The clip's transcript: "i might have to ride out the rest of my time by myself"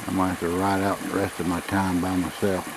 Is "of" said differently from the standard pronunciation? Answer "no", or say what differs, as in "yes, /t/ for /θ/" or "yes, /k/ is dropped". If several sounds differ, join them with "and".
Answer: no